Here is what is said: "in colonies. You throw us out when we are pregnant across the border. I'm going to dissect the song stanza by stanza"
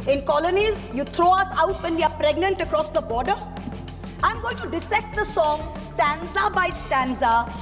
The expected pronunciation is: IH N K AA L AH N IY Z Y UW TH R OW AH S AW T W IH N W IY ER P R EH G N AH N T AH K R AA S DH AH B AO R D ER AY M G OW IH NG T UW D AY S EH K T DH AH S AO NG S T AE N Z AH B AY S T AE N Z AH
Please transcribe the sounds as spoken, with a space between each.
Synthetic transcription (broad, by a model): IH N K AA L AH N IY Z Y UW T R OW AH S AW T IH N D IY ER P R EH G N AH N T AH K R AA S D AH B AO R D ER AY M G OW IH NG T UW D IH S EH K T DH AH S AO NG S T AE N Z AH B AY S T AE N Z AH